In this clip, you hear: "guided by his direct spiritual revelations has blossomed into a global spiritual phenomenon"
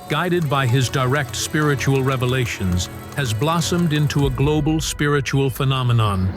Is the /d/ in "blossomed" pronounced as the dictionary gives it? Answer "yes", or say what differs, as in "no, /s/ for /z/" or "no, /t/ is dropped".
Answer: yes